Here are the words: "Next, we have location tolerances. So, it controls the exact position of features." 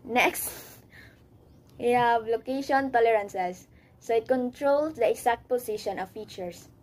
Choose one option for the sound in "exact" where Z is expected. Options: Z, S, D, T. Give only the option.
S